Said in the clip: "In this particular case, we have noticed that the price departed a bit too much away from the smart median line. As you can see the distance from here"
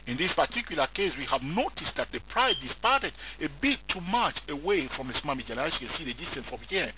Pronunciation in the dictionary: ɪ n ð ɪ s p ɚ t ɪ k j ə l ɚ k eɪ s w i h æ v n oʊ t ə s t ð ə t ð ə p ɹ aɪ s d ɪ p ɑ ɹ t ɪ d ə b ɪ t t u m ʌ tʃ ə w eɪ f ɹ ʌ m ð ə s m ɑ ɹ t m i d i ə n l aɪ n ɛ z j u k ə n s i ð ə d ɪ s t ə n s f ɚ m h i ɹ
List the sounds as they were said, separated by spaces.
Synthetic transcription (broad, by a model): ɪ n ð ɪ s p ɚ t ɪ k j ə l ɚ k eɪ s w i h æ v n oʊ t ə s t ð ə t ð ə p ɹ aɪ d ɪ p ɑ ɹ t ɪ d ə b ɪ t t u m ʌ tʃ ə w eɪ f ɹ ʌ m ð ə s m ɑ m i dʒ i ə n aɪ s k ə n s i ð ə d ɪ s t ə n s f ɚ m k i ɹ